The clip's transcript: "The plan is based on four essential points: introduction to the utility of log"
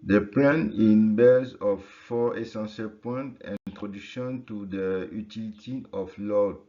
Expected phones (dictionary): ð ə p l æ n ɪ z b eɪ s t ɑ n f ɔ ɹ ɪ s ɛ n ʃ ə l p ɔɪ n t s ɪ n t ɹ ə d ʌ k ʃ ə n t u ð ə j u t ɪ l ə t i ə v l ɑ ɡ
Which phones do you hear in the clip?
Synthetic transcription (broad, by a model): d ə p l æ n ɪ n b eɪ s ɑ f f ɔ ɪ s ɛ n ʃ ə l p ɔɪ n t i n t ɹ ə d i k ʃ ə n t u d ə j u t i l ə t i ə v l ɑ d